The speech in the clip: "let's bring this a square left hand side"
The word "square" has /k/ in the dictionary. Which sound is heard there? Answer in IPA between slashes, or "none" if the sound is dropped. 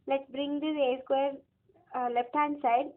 /k/